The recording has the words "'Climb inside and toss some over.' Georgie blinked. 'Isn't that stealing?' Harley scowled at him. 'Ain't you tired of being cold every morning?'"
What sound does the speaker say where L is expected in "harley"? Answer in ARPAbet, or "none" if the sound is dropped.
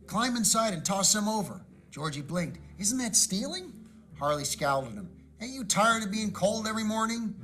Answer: L